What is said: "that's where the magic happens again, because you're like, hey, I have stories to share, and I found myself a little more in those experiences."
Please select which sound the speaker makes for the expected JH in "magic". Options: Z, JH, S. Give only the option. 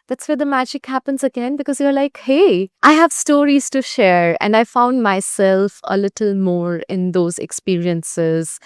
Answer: JH